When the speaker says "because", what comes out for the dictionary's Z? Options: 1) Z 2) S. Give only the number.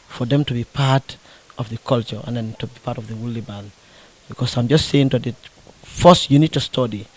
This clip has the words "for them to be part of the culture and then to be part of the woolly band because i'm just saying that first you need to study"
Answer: 2